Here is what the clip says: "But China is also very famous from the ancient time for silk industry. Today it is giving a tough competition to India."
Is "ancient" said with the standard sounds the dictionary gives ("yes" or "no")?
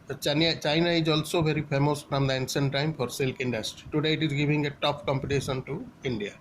no